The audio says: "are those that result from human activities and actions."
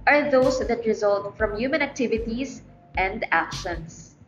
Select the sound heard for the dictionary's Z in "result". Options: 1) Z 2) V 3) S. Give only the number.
1